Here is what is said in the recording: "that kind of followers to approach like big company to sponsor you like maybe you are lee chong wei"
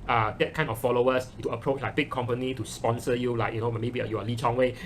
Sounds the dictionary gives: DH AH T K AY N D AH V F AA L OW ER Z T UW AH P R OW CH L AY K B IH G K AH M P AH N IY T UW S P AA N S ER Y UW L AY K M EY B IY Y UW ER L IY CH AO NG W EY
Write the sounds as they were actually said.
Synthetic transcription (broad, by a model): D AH T K AY N AH F AA L OW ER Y T UW AH P R OW CH L AY K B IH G K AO M P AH N IY T UW S P AA N S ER Y UW L AY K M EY B IY Y UW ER L IY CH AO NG W EY